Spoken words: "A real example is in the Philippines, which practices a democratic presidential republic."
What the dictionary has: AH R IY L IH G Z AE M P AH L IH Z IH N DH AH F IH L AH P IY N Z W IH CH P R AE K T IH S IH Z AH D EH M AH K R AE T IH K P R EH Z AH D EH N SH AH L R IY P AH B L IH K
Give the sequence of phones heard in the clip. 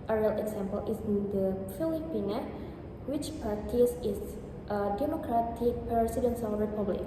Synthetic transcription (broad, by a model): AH R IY L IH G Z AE M P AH L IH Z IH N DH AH F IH L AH P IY N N W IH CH P AA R T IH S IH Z AH D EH M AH K R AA T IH K P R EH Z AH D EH N S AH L R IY P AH B L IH K